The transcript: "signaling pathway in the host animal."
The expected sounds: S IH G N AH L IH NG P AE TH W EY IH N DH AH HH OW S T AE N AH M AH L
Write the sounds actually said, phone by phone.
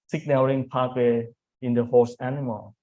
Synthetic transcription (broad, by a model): S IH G N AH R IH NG P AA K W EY IH N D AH HH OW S AE N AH M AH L